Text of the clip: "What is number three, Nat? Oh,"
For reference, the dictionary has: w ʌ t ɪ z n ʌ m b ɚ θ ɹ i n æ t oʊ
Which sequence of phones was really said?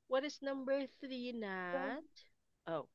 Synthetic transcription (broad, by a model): w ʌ t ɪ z n ʌ m b ɚ θ ɹ i n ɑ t oʊ